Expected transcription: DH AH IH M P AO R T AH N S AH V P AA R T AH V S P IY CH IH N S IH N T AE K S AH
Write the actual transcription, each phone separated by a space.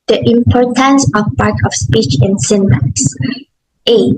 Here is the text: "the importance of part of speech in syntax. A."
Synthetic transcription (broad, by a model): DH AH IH M P AO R T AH N S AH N P AA R T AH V S P IY CH IH N S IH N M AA S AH